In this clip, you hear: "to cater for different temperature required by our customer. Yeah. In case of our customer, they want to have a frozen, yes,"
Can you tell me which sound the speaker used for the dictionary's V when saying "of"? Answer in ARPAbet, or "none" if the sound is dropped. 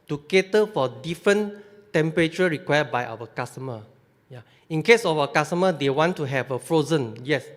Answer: F